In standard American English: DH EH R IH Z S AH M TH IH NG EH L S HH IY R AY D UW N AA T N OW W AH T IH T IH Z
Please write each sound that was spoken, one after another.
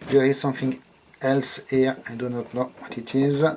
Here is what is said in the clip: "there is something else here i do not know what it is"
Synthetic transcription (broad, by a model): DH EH R IH Z S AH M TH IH NG EH L S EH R AY D UW N AA T N OW W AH T IH T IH Z